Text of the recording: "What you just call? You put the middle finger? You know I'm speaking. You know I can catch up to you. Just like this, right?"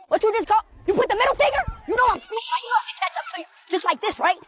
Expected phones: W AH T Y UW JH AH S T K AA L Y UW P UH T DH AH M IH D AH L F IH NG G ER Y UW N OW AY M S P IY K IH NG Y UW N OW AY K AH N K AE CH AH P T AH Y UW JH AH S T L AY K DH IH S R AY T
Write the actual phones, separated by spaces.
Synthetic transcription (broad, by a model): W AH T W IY JH AH S K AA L Y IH P UH T DH AH M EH D L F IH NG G ER Y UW N OW AY M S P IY IH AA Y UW N OW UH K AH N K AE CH AH P S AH Y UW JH AH S T L AY K DH IH S R AY T